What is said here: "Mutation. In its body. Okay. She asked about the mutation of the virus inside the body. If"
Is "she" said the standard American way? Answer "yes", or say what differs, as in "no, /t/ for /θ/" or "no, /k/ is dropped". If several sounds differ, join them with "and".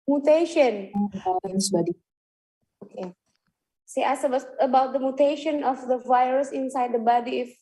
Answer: no, /s/ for /ʃ/